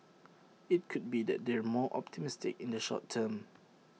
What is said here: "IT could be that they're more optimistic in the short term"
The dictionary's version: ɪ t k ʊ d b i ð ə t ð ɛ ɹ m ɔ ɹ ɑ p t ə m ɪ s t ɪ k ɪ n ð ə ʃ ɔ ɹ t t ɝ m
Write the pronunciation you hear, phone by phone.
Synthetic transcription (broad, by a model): ɪ t k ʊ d b i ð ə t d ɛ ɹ m ɔ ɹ ɑ p t ə m ɪ s t ɪ k ɪ n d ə ʃ ɔ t t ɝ m